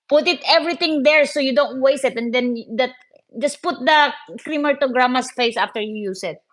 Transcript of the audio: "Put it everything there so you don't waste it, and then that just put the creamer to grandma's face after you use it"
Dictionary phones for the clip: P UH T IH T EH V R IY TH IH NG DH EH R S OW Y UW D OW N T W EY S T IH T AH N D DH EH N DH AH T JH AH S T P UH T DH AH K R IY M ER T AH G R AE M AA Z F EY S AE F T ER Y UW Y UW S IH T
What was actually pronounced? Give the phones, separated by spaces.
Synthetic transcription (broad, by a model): P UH T IH T EH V R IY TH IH NG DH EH R S OW Y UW D OW N T W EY S IH T AH N D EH N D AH T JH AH S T P UH T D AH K R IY M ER T AH G R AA M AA S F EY S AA F T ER Y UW Y UW S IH T